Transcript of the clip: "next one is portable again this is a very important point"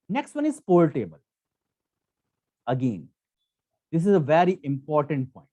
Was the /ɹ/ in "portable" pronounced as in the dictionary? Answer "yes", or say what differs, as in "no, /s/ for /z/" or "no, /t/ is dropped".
no, /l/ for /ɹ/